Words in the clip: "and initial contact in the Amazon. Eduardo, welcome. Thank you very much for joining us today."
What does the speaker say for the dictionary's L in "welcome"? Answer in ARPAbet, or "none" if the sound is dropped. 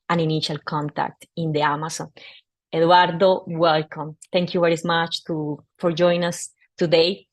L